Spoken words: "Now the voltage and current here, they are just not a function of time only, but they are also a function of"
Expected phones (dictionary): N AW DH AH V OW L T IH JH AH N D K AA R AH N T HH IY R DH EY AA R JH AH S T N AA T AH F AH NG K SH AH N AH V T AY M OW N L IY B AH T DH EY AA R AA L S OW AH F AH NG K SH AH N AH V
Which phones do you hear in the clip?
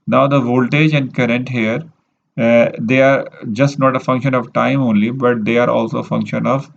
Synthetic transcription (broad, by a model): N AW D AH V OW L T IH JH AH N D K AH R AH N T HH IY R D EY AA R JH AH S T N AA T AH F AH NG K SH AH N AH V T AY M OW N L IY B AH T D EY AA R AA L S OW AH F AH NG K SH AH N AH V